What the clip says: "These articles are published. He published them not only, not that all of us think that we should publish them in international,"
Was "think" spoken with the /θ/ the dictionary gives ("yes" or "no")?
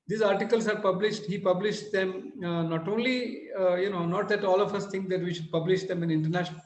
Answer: no